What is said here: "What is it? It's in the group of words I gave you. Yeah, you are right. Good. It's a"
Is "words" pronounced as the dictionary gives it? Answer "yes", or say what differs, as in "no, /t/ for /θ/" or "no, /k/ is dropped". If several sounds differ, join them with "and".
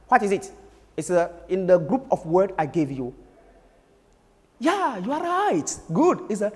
no, /z/ is dropped